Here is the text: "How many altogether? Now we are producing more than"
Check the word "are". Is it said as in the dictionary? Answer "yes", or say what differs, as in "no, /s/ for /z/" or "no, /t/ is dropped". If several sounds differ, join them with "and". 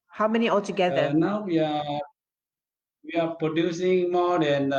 no, /w/ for /ɹ/